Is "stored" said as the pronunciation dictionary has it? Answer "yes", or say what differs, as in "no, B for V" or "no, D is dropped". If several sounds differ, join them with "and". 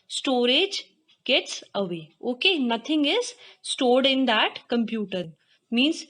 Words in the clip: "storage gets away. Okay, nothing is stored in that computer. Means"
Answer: yes